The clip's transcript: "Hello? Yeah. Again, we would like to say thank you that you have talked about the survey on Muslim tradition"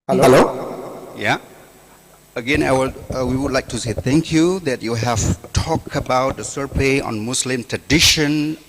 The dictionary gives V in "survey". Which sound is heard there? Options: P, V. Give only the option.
P